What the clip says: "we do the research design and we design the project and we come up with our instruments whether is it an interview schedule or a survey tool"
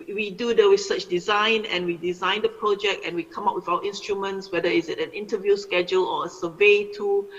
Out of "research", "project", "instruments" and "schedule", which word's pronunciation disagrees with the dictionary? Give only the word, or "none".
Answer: research